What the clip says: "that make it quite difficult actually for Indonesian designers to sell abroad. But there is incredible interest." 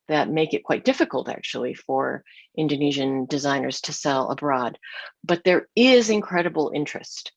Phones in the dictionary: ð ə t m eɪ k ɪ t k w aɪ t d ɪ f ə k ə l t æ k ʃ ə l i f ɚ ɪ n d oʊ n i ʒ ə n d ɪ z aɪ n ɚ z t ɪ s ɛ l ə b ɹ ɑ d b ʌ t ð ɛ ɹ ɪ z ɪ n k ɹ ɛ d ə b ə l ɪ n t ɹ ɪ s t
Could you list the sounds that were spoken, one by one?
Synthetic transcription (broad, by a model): ð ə t m eɪ k ɪ t k w aɪ t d ɪ f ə k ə l t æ k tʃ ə l i f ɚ ɪ n d oʊ n i ʒ ə n d ɪ z aɪ n ɚ z t ɪ s ɛ l ə b ɹ ɑ d b ʌ t ð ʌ ɹ ɪ z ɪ n k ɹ ɛ d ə b l ɪ n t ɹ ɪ s t